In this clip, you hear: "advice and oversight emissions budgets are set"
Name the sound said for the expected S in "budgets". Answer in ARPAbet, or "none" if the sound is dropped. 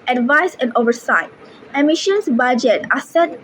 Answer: none